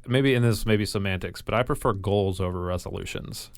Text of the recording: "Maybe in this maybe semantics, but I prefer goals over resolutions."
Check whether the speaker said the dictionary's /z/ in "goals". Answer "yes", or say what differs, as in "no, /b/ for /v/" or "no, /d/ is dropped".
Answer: yes